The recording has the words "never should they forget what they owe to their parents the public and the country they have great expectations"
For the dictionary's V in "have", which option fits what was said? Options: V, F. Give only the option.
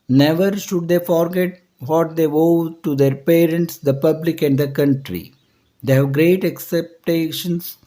V